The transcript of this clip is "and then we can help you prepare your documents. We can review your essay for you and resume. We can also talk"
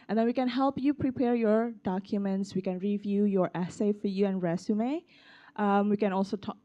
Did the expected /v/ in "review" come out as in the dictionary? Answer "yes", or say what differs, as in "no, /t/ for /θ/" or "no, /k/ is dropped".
yes